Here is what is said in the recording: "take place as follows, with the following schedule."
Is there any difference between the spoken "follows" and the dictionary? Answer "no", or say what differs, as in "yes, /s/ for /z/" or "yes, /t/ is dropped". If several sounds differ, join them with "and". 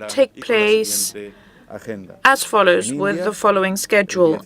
no